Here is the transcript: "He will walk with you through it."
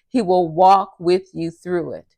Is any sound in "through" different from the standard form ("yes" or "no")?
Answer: no